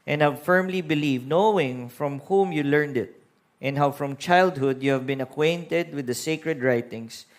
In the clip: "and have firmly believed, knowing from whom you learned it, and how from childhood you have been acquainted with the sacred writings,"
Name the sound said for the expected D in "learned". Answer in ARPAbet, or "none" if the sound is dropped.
D